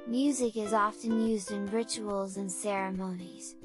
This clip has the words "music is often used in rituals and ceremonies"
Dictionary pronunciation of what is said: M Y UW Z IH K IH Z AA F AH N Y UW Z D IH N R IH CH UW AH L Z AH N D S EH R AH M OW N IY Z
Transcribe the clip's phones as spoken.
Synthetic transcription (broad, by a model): M Y UW Z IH K IH Z AA F AH N Y UW Z D IH N R IH CH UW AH L Z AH N S EH R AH M OW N IY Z